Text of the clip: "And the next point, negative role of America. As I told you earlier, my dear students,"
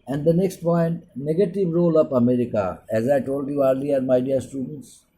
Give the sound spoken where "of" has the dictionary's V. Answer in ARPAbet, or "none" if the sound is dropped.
P